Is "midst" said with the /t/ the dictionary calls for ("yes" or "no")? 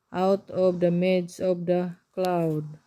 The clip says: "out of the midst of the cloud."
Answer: no